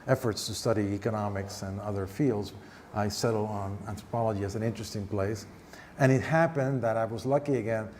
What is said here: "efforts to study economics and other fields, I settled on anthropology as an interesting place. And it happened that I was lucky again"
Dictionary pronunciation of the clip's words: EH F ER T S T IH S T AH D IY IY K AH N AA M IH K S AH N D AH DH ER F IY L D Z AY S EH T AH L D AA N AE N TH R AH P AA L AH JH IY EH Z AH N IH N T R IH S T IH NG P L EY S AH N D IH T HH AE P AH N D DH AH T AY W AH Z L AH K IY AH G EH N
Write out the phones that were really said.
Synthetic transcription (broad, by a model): EH F ER T S T IH S T AH D IY IY K AH N AA M IH K S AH N AH DH ER F IY L D Z AY S EH T L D N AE N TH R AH P AA L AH JH IY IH Z AH N IH N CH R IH S T IH NG P L EY S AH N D IH T HH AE P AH N DH AH T AY W AH Z L AH K IY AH G EH N